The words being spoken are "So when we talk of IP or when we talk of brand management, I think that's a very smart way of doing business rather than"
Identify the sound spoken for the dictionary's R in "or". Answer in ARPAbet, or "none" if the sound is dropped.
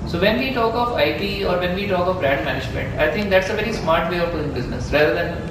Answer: R